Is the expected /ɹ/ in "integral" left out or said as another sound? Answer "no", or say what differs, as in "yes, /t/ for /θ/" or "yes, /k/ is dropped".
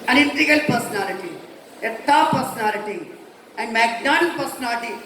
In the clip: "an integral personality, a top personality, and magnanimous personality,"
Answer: yes, /ɹ/ is dropped